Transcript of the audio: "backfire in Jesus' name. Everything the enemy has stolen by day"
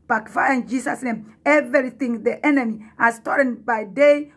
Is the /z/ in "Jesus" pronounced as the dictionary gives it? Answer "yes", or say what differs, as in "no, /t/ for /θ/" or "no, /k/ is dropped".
no, /s/ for /z/